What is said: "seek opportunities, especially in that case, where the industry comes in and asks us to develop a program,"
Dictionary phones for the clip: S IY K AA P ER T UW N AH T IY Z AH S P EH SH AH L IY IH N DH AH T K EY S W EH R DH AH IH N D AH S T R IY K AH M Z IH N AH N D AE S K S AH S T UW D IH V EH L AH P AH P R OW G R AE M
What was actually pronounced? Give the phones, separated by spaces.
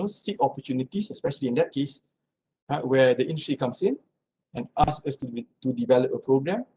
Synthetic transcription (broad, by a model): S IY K AA P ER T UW N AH T IY S AH S P EH SH AH L IY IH N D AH T K EY S W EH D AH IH N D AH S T R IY K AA M S IH N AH N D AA S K AH S T UW D IH V EH L AH P AH P R OW G R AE M